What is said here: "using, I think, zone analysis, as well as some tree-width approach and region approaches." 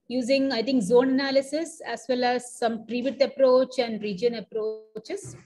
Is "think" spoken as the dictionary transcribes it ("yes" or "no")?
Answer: no